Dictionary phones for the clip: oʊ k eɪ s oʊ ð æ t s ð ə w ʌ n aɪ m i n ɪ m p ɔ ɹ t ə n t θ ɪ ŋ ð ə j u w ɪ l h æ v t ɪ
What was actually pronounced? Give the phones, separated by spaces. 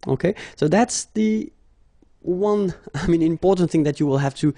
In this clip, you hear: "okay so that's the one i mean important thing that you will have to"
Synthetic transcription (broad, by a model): oʊ k eɪ s oʊ ð æ t s ð ə w ʌ n aɪ m i n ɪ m p ɔ ɹ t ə n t θ ɪ ŋ ð ə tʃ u w ɪ l h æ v t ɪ